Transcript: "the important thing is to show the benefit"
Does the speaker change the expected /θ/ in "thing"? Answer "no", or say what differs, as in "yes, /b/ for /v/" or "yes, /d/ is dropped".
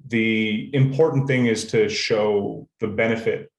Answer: no